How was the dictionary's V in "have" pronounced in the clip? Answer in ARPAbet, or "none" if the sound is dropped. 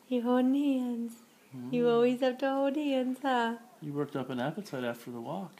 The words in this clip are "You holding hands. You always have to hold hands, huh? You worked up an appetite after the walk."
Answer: P